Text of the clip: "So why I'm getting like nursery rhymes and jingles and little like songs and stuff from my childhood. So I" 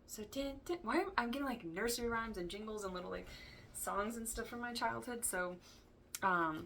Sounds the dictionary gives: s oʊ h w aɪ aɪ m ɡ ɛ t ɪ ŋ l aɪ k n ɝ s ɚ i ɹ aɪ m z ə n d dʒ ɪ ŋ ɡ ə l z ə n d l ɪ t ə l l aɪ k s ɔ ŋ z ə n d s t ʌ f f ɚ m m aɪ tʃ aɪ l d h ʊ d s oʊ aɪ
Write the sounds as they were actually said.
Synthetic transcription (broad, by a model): s oʊ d w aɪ aɪ m ɡ ɛ t ɪ ŋ l aɪ k n ɝ s ɚ i ɹ aɪ m z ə n dʒ ɪ ŋ ɡ l z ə n l ɪ t l l aɪ k s ɔ ŋ z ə n s t ʌ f f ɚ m m aɪ tʃ aɪ l d h ʊ d s oʊ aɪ